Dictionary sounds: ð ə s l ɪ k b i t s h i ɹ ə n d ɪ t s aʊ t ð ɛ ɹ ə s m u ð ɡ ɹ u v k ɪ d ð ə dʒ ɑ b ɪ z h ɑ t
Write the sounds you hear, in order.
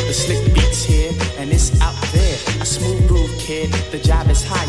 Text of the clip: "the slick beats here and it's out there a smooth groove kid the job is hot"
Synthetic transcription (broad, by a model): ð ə s l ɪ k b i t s h i ɹ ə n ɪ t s aʊ t ð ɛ ɹ ə s m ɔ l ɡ ɔ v k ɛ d ð ə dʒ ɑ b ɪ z h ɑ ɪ